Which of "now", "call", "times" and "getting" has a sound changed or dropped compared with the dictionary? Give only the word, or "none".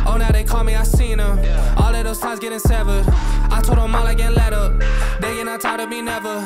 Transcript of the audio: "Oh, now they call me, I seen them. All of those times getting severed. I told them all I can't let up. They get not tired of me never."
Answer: times